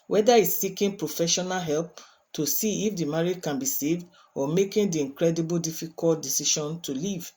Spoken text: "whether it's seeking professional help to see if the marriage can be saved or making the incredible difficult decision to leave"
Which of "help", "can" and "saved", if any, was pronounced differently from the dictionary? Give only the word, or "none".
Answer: none